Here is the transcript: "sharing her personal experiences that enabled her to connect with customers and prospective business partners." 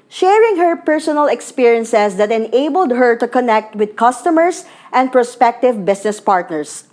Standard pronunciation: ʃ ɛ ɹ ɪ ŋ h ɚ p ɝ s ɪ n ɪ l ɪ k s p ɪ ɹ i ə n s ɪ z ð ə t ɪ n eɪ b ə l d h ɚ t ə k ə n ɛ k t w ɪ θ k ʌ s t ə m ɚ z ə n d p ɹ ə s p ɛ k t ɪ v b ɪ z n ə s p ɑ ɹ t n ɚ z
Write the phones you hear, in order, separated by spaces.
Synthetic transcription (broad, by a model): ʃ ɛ ɹ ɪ ŋ h ɚ p ɝ s ɪ n ɪ l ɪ k s p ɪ ɹ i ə n s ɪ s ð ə t ɪ n eɪ b ə l d h ɚ t ə k ə n ɛ k t w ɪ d k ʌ s t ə m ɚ s ə n d p ɹ ə s p ɛ k t ɪ v b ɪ s n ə s p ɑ ɹ t n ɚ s